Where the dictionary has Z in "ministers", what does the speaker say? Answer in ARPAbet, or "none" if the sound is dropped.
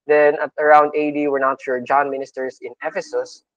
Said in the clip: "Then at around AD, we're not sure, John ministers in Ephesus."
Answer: S